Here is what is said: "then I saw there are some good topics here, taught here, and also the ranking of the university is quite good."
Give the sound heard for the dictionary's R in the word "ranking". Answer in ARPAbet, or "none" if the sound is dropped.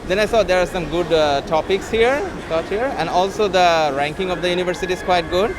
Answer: R